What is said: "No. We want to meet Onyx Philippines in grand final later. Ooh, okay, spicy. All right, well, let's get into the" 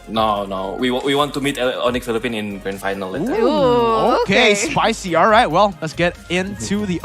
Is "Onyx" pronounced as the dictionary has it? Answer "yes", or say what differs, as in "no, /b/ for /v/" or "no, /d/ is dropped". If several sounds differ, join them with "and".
no, /s/ is dropped